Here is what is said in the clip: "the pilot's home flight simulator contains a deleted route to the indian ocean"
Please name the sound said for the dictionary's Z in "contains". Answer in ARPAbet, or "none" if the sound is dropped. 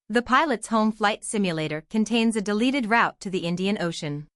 Z